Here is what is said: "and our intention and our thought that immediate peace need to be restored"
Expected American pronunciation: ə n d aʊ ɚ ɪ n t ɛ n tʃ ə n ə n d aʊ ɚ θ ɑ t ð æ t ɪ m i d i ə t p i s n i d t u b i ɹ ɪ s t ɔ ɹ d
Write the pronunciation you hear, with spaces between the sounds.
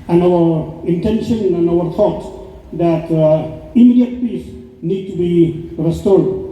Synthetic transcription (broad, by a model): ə n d aʊ ɚ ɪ n t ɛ n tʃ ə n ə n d aʊ ɚ t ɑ t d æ t ɪ m i d i ə t p i s n i d t u b i ɹ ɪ s t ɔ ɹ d